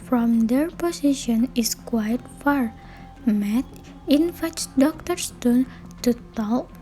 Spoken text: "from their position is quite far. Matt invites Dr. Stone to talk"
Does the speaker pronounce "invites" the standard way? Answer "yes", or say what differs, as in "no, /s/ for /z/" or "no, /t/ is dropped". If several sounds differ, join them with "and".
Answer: no, /f/ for /v/